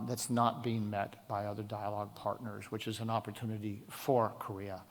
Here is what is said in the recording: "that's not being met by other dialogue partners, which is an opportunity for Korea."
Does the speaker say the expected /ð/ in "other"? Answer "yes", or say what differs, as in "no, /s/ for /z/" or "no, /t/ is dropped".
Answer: yes